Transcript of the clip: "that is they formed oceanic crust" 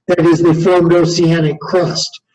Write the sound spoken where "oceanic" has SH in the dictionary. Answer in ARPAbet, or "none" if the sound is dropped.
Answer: S